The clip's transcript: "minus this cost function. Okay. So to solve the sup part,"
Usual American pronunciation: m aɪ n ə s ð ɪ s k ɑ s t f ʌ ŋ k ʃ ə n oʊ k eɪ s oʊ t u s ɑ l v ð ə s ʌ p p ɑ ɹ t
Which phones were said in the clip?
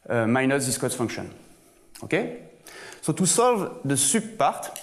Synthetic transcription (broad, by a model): m aɪ n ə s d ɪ s k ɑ t f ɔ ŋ k ʃ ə n oʊ k eɪ s oʊ t u s ɑ l v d ə s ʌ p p ɑ ɹ t